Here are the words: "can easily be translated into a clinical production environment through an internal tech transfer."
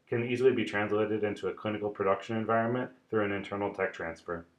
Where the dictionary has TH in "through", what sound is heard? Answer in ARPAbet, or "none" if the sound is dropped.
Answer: TH